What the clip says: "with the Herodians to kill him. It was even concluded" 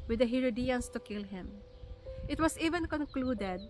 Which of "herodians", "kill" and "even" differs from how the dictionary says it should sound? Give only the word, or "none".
herodians